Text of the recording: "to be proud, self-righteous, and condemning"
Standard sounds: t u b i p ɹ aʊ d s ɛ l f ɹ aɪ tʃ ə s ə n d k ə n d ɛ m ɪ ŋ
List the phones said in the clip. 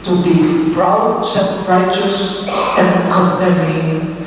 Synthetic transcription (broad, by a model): t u b i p ɹ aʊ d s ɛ f ɹ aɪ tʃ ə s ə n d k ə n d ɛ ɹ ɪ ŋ